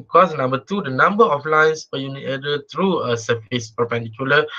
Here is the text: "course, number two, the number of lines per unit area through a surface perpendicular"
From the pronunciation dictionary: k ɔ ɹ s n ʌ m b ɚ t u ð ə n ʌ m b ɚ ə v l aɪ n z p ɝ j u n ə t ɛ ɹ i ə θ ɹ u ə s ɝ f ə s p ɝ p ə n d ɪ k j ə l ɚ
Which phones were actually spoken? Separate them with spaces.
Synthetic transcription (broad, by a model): k ɔ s n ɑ m b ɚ t u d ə n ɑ m b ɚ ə f l aɪ n s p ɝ j u n ə t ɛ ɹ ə t ɹ u ə s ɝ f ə s p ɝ p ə n d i k j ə l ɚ